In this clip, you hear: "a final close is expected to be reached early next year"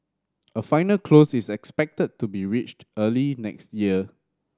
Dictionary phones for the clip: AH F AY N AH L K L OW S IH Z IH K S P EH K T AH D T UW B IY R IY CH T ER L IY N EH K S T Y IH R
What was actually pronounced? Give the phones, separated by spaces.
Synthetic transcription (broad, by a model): AH F AY N AH L K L OW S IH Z IH K S P EH K T AH D T UW B IY R IY CH T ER L IY N EH K S T Y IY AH